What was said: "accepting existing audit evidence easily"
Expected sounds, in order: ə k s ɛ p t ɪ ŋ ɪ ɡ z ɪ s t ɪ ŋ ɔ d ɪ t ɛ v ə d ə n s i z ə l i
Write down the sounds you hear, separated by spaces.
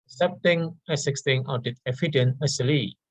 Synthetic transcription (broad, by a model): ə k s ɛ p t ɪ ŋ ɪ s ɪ s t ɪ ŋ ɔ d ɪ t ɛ f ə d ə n ʌ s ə l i